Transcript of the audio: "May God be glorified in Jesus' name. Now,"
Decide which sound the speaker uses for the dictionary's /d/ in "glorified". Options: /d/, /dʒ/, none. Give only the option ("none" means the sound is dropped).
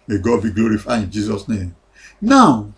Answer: none